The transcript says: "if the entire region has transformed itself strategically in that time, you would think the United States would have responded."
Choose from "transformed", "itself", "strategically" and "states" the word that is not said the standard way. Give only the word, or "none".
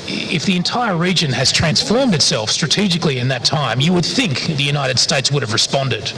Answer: none